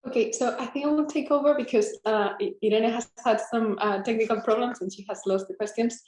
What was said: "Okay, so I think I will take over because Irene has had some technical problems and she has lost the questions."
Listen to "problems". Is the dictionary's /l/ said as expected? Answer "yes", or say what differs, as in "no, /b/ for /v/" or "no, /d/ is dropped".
yes